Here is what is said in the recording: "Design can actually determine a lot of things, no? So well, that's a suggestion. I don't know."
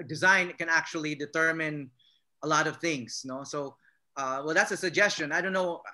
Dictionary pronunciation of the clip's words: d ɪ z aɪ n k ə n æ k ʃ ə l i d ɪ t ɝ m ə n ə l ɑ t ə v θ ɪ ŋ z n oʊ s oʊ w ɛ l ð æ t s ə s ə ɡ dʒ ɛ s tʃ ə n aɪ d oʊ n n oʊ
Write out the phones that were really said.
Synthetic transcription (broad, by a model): d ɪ z aɪ n k ə n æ k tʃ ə l i d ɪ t ɝ m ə n ə l ɑ t ə v θ ɪ ŋ z n oʊ s oʊ w ɛ l ð æ t s ə s ə ɡ dʒ ɛ s tʃ ə n aɪ d oʊ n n oʊ